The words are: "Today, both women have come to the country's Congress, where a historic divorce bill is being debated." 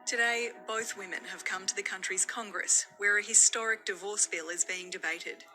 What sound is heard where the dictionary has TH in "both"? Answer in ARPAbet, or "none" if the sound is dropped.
TH